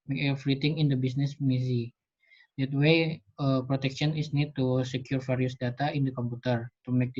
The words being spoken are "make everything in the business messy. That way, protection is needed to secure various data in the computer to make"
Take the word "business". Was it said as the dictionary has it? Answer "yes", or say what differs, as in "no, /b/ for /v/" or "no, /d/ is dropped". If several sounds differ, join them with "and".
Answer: no, /s/ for /z/